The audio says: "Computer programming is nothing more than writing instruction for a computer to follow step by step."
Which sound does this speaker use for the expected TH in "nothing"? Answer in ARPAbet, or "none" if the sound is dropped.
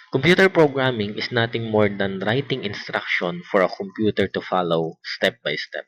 T